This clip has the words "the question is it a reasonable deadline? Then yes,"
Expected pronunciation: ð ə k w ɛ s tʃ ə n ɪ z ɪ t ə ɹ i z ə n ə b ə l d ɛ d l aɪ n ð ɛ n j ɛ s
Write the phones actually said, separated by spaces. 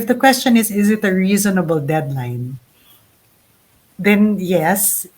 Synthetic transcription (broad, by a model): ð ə k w ɛ s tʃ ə n ɪ z ɪ t ə ɹ i z ə n ə b ə l d ɛ d l aɪ n ð ɛ n j ɛ s